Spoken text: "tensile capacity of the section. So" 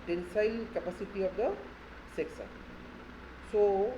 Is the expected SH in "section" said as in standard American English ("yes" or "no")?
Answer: no